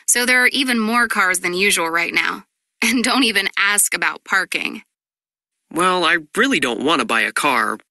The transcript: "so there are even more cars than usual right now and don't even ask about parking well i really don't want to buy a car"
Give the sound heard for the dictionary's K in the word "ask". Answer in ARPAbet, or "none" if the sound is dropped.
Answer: K